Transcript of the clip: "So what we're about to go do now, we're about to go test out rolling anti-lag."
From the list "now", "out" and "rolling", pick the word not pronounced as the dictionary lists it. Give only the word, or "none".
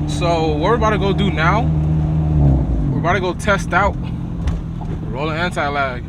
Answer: none